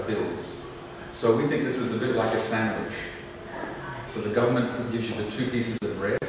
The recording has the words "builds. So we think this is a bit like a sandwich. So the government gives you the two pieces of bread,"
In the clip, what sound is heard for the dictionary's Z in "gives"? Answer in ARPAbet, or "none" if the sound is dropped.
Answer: Z